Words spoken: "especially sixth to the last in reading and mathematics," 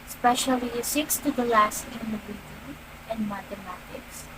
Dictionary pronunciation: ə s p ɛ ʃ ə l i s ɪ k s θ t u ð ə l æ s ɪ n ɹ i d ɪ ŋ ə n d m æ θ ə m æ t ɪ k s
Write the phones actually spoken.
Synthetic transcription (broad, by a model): s p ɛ ʃ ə l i s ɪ k s t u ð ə l æ s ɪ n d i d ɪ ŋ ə n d m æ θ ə m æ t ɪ k s